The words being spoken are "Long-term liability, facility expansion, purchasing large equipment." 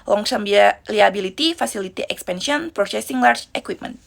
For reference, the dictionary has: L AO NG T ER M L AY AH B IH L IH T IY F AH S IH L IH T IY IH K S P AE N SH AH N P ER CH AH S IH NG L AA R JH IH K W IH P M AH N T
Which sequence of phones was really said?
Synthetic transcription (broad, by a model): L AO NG S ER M L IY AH B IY L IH T IY F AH S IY L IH T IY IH K S P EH N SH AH N P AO S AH S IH NG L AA R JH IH K W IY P M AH N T